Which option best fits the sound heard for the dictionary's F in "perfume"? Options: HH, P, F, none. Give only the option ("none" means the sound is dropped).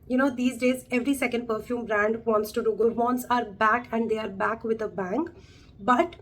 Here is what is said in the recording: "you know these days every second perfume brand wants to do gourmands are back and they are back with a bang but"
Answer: F